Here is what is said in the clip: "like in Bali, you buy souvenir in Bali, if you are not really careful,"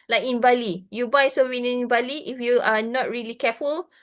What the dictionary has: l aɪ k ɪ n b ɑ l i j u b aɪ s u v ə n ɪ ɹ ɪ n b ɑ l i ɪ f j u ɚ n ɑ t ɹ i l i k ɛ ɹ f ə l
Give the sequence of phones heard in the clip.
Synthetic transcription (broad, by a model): l aɪ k ɪ n b ɑ l i j u b aɪ s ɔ w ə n ɪ n b ɑ l i ɪ f j u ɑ n ɑ t ɹ i l i k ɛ f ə l